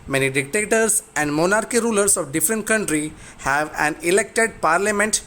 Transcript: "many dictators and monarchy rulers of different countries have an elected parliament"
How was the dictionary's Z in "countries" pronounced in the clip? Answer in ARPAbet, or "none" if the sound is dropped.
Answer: none